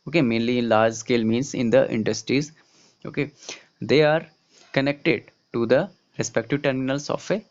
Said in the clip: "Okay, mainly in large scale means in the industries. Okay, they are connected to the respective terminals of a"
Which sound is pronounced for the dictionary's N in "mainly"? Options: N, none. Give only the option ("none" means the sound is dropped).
N